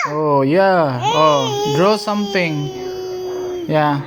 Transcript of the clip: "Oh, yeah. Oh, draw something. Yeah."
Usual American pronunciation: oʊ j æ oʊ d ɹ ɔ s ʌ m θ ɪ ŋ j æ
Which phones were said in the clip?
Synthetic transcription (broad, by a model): oʊ j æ oʊ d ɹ ɔ s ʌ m t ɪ ŋ j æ